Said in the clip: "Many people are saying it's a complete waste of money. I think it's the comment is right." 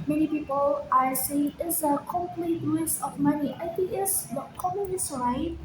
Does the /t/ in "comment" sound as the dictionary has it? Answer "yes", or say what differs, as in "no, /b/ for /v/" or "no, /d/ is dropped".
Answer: no, /t/ is dropped